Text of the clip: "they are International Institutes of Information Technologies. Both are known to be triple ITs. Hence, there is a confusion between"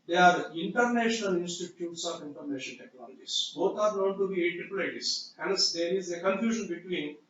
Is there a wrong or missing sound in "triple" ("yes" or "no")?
yes